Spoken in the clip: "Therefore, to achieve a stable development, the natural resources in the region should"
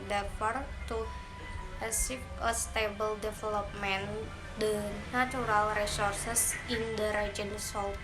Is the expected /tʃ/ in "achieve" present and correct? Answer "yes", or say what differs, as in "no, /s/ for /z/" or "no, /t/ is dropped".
no, /s/ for /tʃ/